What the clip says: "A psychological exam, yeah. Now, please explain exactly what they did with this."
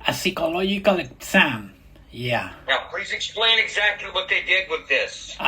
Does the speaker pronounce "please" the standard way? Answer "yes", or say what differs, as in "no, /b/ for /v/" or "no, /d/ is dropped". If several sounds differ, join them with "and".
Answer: yes